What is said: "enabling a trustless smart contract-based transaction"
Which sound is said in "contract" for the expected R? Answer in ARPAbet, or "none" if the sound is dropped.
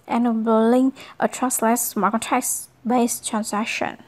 none